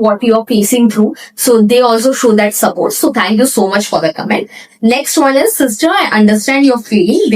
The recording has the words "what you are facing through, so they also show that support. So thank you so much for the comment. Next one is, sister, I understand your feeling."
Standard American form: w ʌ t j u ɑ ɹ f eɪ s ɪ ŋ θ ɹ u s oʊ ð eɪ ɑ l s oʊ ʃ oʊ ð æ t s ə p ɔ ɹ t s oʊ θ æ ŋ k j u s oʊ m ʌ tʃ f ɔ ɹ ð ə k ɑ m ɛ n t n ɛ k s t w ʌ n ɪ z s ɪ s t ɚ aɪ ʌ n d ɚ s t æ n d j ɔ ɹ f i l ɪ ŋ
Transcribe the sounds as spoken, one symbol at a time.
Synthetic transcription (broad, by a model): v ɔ t j u ɑ ɹ p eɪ s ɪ ŋ t ɹ u s oʊ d eɪ ɑ l s oʊ ʃ oʊ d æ t s ə p ɔ ɹ t s oʊ t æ ŋ k j u s oʊ m ʌ tʃ f ɔ ɹ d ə k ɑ m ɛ n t n ɛ k s t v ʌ n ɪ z s ɪ s t ɚ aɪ ʌ n d ɚ s t æ n d j ɔ ɹ f i l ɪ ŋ